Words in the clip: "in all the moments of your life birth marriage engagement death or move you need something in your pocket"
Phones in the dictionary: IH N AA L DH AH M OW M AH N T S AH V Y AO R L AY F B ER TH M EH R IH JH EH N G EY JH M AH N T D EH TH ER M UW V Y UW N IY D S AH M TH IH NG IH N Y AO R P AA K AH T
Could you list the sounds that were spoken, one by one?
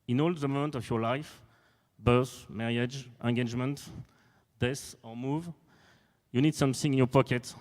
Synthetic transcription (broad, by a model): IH N AA L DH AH M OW M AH N T AH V Y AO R L AY F B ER S M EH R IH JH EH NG G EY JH M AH N T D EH S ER M UW V Y UW N IY D S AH M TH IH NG IH N Y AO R P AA K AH T